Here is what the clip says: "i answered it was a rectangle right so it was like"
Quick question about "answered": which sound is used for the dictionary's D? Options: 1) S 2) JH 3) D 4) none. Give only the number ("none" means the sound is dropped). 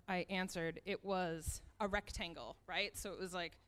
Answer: 3